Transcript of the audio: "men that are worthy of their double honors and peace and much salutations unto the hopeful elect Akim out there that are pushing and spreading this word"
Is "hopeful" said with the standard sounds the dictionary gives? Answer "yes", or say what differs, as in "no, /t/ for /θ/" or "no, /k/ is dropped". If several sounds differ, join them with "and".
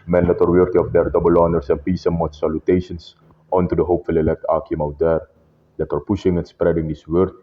yes